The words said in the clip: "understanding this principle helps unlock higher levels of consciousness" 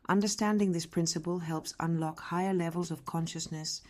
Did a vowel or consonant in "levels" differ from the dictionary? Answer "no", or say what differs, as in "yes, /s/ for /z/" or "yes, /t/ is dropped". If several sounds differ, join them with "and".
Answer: no